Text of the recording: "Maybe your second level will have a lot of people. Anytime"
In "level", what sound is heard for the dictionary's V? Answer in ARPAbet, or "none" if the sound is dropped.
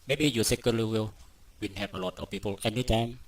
W